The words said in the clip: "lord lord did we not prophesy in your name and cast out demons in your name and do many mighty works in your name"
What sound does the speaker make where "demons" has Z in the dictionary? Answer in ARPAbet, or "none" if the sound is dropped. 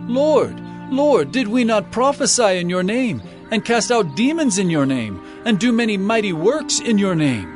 Z